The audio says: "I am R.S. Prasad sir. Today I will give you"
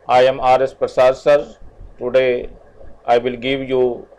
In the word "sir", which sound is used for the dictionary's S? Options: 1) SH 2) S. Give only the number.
2